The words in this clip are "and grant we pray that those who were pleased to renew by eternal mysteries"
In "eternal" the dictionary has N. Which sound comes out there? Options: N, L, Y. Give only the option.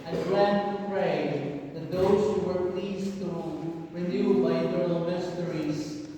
L